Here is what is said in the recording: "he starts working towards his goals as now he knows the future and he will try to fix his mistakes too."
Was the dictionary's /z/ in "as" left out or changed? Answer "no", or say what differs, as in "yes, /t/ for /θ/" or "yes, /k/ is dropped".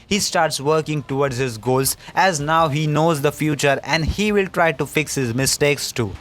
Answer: no